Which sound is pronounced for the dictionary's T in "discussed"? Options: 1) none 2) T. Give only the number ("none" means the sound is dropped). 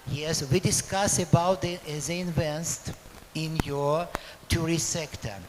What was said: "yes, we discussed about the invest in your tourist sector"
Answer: 1